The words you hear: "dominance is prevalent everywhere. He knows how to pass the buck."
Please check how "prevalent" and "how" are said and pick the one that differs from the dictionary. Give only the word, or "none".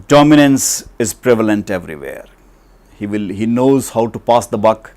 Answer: none